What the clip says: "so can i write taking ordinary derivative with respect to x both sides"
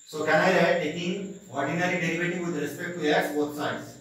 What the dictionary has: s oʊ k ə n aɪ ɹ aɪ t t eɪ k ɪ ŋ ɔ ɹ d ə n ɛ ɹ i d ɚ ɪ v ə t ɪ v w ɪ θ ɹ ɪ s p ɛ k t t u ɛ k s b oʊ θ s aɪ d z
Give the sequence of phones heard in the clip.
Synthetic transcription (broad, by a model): s oʊ k ə n aɪ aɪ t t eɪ k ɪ ŋ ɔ ɹ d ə n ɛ ɹ i d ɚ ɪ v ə t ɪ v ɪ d ɹ ɪ s p ɛ k t t u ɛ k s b oʊ t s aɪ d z